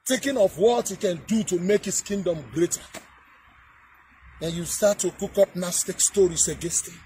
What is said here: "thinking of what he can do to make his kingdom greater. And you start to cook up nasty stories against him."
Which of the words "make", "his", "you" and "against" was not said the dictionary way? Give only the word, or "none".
his